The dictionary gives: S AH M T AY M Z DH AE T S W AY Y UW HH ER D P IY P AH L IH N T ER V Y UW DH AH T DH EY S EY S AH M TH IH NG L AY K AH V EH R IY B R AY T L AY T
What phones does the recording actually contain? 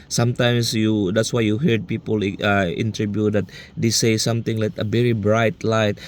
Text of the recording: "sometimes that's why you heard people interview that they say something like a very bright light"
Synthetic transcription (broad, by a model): S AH M T AY M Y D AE T S W AY Y UW HH ER D P IY P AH L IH N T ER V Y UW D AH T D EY S EY S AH M T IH NG L AY K AH V EH R IY B R AY T L AY T